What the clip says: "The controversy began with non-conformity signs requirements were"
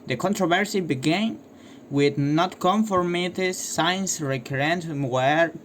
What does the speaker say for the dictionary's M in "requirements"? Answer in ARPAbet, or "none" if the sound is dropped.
none